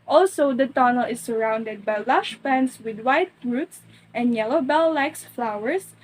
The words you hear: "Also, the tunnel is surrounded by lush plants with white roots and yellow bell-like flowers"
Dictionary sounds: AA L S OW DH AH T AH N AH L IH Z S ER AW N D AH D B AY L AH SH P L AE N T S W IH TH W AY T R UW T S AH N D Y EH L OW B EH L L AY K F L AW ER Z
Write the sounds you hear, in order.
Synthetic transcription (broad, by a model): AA L S OW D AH T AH N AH L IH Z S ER AW N D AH D B AY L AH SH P AE N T S W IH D W AY T R UW T S AH N D Y EH L OW B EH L L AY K F L AW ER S